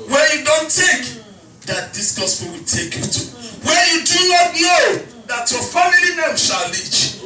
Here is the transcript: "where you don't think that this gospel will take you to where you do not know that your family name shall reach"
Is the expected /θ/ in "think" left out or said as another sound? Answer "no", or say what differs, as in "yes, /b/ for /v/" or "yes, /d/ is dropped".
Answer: yes, /t/ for /θ/